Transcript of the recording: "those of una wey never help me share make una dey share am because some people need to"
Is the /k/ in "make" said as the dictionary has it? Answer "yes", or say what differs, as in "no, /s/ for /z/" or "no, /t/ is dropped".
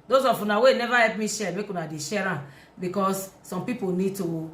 yes